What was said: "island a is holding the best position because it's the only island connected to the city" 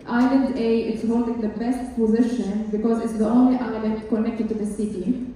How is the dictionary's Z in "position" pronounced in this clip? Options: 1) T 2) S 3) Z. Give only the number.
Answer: 3